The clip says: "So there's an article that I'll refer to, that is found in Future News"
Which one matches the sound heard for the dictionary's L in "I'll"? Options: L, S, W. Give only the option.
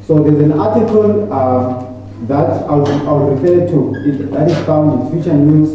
W